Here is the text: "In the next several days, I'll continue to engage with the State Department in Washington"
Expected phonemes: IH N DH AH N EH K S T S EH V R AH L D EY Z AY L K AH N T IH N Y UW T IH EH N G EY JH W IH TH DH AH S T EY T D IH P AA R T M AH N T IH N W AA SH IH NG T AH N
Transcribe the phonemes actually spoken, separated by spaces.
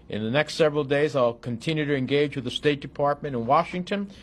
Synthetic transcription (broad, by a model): IH N DH AH N EH K S T S EH V R L D EY Z AY L K AH N T IH N Y UW T IH EH N G EY JH W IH DH AH S T EY T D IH P AA R T M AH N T IH N W AA SH IH NG T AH N